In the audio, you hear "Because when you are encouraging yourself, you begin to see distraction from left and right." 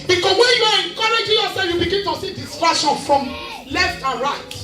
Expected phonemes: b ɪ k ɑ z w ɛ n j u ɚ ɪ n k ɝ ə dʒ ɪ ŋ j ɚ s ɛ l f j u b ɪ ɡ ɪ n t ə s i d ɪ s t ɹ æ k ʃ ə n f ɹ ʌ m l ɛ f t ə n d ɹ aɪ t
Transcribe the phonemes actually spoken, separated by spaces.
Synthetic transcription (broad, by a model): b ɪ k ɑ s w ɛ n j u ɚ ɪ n k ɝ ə dʒ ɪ j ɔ s ɛ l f j u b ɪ ɡ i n t ə s i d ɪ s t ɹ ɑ ʃ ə n f ɹ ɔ m l ɛ f t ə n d ɹ aɪ t